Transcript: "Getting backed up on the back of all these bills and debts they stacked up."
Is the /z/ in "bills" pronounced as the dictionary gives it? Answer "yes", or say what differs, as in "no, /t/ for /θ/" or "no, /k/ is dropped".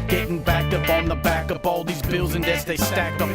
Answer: yes